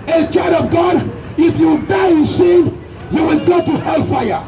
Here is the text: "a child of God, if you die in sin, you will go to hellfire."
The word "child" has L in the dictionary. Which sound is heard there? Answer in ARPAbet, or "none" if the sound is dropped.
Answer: none